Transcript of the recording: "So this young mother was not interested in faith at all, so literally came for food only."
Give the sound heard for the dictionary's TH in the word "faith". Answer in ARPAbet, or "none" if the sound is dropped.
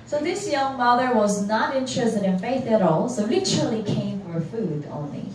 TH